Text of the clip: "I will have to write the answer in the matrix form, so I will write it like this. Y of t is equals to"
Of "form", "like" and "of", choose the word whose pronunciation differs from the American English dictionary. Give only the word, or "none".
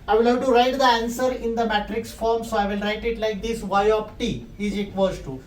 of